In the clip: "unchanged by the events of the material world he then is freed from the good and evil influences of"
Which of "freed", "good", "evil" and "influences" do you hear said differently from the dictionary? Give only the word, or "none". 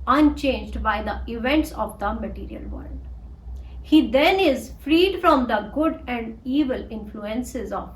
none